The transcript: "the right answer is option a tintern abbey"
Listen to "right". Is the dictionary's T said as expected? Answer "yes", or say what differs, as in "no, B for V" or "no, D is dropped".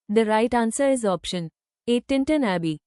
yes